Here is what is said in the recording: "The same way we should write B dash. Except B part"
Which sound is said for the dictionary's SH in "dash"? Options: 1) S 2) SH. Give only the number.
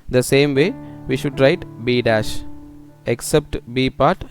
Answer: 2